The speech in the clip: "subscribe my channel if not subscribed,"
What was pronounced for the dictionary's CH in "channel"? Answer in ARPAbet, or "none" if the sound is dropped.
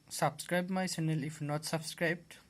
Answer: S